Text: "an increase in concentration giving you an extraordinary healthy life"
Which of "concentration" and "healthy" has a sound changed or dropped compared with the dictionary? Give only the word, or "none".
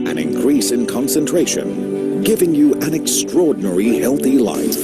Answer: none